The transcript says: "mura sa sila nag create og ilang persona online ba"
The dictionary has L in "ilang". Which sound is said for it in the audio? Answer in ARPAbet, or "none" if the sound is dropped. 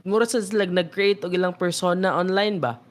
L